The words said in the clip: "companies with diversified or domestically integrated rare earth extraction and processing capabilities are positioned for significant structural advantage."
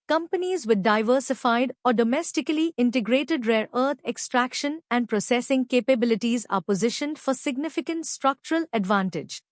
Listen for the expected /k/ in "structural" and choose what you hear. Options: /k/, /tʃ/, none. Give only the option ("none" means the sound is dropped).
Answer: /k/